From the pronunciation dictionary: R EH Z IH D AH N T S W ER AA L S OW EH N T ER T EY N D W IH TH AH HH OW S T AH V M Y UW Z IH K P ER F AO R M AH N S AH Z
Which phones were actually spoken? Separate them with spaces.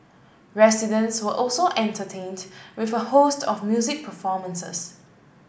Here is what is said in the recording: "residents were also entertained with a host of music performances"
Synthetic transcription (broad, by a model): R EH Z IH D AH N T S W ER AA L S OW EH N T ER T EY N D W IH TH AH HH OW S T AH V M Y UW Z IH K P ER F AO M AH N S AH S